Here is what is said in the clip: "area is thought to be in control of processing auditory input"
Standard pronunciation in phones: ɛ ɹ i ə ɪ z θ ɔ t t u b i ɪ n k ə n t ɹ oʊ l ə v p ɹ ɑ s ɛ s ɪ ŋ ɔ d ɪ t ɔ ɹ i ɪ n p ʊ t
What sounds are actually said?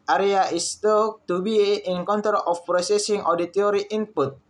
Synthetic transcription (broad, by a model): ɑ ɹ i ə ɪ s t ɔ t t u b i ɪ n k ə n t oʊ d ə f p ɹ ɑ s ɛ s ɪ ŋ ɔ d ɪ t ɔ ɹ i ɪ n p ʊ t